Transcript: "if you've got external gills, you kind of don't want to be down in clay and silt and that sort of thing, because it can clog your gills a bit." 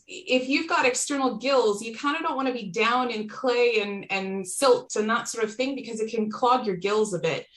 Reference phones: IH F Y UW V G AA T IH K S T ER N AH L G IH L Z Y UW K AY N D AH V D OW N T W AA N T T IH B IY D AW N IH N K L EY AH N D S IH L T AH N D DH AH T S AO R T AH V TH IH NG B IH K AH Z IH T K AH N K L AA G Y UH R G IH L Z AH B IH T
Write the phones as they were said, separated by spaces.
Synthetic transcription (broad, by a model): IH F Y UW V G AA T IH K S T ER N L G IH L Z Y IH K AY N D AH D OW N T W AA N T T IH B IY D AW N IH N K L EY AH N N S IH L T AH N DH AH T S AO R T AH V TH IH NG B IH K AH Z IH T K AH N K L AA G Y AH R G IH L Z AH B IH T